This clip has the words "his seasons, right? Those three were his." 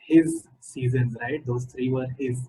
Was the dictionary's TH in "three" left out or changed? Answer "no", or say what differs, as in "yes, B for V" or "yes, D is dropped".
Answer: yes, T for TH